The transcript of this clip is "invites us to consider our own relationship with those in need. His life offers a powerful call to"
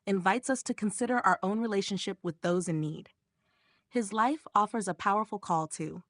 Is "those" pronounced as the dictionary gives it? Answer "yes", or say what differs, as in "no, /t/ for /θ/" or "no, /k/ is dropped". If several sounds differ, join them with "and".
yes